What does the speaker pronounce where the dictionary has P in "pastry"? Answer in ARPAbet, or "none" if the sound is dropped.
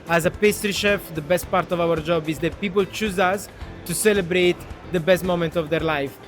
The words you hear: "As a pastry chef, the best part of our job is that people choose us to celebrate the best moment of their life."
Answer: P